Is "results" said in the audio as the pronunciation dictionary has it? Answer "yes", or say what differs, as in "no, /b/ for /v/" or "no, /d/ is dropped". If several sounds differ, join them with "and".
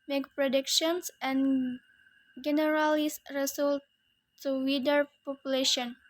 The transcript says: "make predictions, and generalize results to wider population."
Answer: no, /s/ is dropped